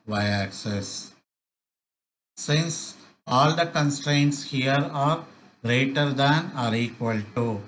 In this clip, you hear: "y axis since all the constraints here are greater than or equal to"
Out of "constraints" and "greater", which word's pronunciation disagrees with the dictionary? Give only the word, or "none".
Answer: none